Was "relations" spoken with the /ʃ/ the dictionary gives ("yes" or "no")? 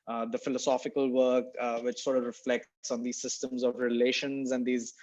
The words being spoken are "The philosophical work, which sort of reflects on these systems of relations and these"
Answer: yes